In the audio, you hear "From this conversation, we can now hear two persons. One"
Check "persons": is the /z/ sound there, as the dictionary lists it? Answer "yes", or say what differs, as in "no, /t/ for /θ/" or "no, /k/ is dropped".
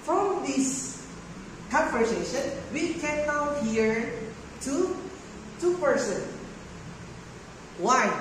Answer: no, /z/ is dropped